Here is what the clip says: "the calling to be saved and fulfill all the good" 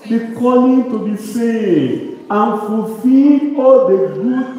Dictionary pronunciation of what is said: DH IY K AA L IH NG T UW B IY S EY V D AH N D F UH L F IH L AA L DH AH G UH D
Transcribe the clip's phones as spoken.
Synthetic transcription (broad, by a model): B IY K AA L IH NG T UW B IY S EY D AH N F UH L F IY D AA L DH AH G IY